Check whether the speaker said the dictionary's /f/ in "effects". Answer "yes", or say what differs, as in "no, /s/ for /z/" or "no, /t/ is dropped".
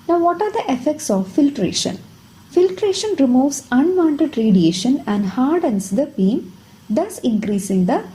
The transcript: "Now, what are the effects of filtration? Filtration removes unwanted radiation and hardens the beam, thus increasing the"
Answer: yes